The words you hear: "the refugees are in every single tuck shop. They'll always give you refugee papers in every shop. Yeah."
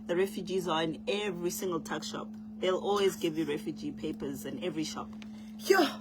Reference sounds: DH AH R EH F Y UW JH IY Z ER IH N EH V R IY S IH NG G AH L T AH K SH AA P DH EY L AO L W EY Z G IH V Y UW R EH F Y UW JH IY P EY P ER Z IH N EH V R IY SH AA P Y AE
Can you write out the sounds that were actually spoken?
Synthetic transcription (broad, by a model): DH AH R EH F Y UW JH IY Z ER IH N EH V R IY S IH NG G AH L T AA K SH AA P DH EY L AO L W EY Z G IH V Y UW R EH F Y UW JH IY P EY P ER Z IH N EH V R IY SH AA P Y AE